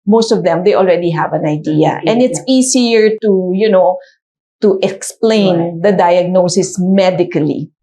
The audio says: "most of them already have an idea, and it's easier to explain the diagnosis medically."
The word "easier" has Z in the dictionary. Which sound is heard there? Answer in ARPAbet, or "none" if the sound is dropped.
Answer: S